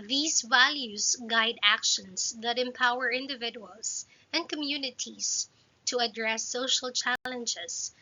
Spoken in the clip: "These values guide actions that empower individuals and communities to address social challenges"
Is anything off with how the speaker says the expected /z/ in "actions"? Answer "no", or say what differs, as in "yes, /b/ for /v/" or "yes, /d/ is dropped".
yes, /s/ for /z/